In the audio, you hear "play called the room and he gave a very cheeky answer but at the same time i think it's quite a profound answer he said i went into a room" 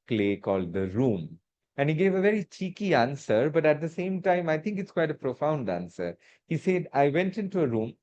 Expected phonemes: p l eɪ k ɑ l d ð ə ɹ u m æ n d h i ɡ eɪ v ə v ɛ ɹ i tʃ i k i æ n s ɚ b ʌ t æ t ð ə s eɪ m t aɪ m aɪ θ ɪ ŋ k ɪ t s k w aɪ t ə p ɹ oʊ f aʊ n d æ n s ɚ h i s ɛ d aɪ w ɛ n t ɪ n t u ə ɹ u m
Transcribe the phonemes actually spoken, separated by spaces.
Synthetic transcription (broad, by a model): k l eɪ k ɑ l d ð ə ɹ u m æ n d h i ɡ eɪ v ə v ɛ ɹ i tʃ i k i æ n s ɚ b ʌ t æ t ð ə s eɪ m t aɪ m aɪ t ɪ ŋ k ɪ t s k w aɪ t ə p ɹ oʊ f aʊ n d æ n s ɚ h i s ɛ d aɪ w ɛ n t ɪ n t u ə ɹ u m